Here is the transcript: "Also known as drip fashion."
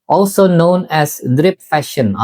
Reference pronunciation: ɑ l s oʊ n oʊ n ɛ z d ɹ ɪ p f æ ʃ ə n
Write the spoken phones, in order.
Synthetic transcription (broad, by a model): ɑ l s oʊ n oʊ n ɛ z d ɹ ɪ p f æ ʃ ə n